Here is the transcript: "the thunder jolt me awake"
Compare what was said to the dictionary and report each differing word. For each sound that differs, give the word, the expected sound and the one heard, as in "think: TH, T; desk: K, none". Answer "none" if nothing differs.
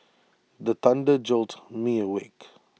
thunder: TH, T